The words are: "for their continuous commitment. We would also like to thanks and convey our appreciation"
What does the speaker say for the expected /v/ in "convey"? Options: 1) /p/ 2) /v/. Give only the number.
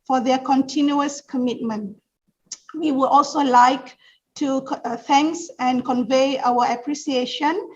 2